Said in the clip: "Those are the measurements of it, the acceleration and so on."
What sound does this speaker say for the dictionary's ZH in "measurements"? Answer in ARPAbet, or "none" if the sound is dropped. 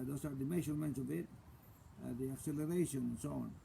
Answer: SH